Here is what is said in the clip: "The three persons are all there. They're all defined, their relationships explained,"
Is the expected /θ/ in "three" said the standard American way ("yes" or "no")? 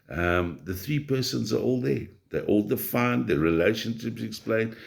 yes